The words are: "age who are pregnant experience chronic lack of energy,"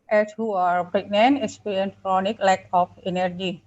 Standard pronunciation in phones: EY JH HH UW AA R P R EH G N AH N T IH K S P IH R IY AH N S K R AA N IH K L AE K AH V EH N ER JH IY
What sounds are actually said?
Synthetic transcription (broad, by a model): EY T HH UW AA R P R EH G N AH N IH S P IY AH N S K R AA N IH K L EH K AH P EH N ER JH IY